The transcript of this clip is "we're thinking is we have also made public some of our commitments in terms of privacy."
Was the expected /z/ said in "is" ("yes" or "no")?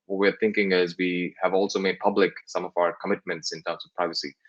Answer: yes